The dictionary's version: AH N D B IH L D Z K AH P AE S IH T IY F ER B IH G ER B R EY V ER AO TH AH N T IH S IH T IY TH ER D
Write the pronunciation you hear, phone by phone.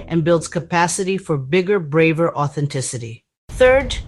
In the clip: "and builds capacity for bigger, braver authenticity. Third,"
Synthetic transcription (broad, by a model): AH N B IH L D Z K AH P AE S IH T IY F ER B IH G ER B R EY V ER AO TH AH N T IH S IH T IY TH ER D